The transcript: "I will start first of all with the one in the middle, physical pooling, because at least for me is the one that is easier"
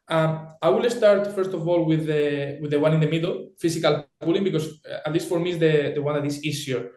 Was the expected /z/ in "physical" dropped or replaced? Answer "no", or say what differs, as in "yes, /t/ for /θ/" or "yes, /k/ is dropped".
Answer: yes, /s/ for /z/